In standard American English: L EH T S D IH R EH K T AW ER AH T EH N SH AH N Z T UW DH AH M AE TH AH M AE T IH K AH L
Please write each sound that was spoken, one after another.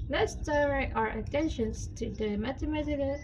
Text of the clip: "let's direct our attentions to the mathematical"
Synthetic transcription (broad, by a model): L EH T S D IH L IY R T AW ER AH T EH N SH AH N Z T UW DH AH M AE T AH M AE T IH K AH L